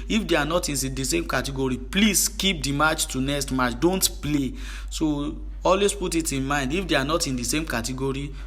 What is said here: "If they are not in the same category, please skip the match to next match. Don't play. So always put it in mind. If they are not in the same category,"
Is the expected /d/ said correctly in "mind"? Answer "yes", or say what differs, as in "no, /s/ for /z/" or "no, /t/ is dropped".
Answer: yes